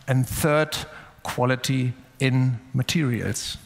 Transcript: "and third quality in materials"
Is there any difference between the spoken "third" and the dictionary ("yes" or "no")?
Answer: no